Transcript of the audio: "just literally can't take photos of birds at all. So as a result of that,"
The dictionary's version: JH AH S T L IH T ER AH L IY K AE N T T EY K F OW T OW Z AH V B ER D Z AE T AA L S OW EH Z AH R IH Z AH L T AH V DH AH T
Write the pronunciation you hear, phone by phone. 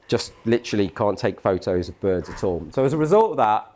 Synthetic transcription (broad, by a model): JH AH S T L IH T ER AH L IY K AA N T T EY K F OW T OW Z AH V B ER D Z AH T AA L S OW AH Z AH R IH Z AH L T AH V DH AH T